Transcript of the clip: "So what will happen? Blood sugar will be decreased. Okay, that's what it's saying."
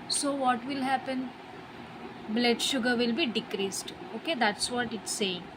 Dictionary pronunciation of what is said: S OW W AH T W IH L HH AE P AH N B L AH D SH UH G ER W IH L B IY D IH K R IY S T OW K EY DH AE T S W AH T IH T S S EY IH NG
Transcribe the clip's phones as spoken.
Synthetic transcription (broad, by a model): S OW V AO T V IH L HH AE P AH N B L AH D SH UH G ER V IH L B IY D IH K R IY S T OW K EY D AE T S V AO T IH T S S EY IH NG